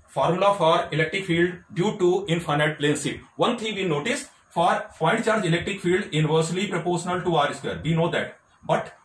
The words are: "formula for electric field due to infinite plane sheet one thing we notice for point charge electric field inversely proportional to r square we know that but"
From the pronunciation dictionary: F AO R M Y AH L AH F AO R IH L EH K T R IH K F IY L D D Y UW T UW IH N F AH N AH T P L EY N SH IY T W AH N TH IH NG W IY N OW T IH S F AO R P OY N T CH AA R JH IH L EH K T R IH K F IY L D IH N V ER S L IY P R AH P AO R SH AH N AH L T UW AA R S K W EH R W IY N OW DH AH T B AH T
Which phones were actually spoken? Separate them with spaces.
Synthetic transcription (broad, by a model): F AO R M L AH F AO R IH L EH K T R IH K F IY L D D Y UW T UW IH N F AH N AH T P L EY N S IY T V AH N T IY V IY N OW T IH S F AO R F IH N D CH AA R JH IH L EH K T R IH K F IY L D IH N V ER S L IY P R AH P AO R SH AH N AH L T UW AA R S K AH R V IY N OW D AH T B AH T